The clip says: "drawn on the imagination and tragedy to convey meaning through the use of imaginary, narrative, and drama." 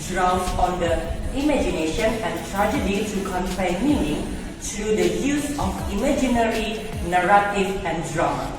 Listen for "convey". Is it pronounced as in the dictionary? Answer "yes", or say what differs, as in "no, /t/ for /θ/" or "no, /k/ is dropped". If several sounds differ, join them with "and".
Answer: no, /f/ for /v/